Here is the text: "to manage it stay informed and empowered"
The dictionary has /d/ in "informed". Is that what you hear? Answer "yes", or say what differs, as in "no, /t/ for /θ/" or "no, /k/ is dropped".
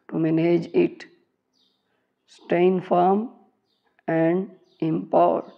no, /d/ is dropped